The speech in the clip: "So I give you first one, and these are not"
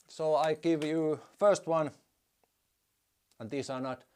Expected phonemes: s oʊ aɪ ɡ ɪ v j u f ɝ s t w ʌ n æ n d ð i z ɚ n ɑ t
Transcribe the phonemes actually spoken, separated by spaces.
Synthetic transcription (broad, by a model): s oʊ aɪ ɡ ɪ v j u f ɝ s t w ʌ n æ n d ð i s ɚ n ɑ t